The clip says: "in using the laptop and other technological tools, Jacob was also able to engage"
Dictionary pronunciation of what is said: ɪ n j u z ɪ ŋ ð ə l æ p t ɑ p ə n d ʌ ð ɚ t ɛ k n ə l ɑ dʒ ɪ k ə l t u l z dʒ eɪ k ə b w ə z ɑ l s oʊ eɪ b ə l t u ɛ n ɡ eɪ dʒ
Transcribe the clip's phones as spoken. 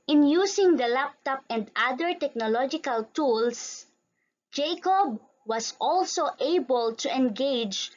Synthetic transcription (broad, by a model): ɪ n j u s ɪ ŋ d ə l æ p t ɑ p ə n d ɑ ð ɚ t ɛ k n ə l ɑ dʒ ɪ k ə l t u l s dʒ eɪ k ə b w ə s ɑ l s oʊ eɪ b ə l t u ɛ n ɡ eɪ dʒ